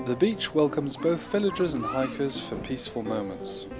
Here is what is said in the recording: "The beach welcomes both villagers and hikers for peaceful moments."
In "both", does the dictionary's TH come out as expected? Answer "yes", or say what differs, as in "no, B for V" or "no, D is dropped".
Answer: yes